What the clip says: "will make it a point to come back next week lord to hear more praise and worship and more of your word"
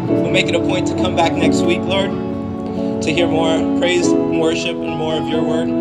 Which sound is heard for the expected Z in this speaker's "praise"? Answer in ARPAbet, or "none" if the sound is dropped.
none